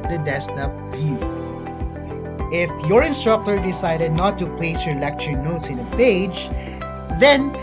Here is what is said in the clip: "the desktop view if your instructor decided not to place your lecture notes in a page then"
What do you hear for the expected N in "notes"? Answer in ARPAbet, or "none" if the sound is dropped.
N